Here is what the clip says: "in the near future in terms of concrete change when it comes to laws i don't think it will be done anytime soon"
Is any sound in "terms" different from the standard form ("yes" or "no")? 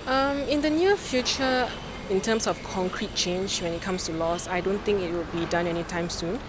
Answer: yes